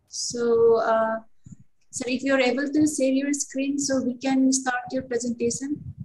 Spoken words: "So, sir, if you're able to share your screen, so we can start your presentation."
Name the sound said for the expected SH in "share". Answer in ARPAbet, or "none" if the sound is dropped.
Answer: S